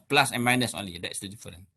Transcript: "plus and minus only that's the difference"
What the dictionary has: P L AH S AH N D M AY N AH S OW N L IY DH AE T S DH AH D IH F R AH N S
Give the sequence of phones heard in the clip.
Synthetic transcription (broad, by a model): P L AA S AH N M AY N AH S OW N L IY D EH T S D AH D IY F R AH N